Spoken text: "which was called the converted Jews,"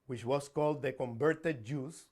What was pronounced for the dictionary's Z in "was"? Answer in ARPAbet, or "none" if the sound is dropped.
S